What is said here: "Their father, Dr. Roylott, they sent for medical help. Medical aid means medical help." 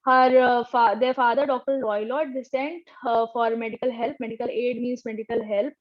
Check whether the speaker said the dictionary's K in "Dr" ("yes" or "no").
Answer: yes